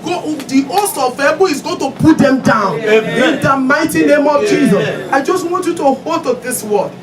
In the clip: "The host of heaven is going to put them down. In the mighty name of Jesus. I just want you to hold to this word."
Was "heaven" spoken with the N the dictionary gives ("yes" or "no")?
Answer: no